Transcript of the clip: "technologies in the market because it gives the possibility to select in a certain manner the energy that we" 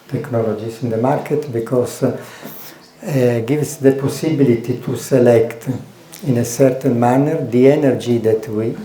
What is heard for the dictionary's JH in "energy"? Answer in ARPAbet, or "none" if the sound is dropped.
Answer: JH